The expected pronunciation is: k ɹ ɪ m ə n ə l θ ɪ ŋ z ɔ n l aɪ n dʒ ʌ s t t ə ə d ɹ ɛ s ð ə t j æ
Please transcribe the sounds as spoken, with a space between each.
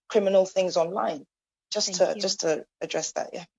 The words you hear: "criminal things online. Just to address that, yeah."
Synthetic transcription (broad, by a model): k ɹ ɪ m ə n ə l θ ɪ ŋ z ɔ n l aɪ n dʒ ʌ s t t ə ə d ɹ ɛ s ð ə t j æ